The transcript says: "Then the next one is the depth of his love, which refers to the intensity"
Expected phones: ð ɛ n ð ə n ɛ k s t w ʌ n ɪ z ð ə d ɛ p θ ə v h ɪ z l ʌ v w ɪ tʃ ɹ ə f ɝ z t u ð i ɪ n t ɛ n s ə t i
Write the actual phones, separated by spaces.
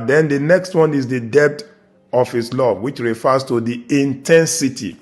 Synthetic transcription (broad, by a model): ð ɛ n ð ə n ɛ k s t w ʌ n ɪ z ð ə d ɛ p t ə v h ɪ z l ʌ v w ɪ tʃ ɹ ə f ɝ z t u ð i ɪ n t ɛ n s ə t i